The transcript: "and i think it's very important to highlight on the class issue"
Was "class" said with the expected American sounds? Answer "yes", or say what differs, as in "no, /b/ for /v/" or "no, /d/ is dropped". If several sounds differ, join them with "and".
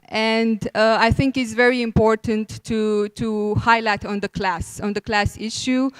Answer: yes